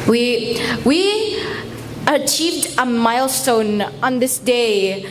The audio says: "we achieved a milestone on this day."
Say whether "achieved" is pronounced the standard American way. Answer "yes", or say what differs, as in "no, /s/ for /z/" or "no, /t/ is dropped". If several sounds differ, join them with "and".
yes